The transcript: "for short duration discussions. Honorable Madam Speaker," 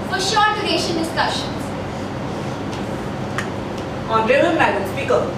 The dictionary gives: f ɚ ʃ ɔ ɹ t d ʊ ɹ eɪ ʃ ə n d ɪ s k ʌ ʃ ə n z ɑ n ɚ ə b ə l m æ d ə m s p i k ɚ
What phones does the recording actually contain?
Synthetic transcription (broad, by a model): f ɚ ʃ ɔ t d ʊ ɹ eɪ ʃ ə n d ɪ s k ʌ ʃ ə n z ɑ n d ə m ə n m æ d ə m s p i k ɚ